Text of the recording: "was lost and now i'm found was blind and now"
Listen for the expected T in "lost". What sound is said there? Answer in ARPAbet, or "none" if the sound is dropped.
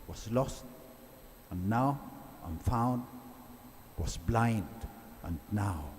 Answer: T